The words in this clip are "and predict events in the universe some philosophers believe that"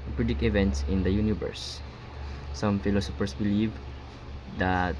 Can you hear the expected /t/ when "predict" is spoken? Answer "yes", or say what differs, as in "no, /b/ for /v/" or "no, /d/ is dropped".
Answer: no, /t/ is dropped